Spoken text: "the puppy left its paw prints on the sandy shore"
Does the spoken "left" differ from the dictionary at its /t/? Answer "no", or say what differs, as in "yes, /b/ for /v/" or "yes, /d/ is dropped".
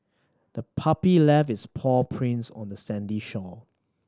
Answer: yes, /t/ is dropped